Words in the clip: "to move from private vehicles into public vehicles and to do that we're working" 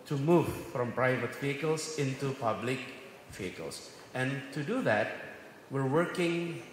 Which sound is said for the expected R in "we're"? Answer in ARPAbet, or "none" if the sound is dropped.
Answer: R